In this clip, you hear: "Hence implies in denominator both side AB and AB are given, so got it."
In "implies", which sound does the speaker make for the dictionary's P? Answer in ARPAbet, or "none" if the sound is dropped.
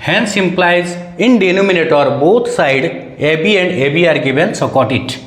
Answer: P